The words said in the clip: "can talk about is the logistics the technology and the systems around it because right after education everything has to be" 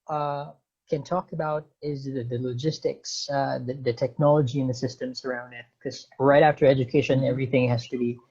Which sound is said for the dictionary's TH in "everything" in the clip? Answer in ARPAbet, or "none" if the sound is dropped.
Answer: TH